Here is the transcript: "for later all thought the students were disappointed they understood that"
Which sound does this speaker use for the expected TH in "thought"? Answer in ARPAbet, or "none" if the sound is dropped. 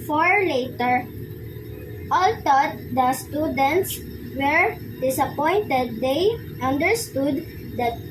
T